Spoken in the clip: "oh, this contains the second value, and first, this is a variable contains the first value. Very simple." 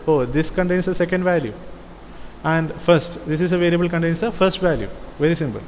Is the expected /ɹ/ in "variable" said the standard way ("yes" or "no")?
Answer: yes